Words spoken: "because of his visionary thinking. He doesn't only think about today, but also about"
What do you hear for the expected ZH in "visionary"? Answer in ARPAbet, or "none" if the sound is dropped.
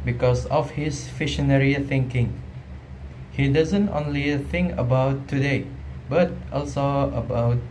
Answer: SH